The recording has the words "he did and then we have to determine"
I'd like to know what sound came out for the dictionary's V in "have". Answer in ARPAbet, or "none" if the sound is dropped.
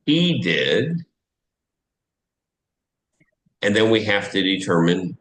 F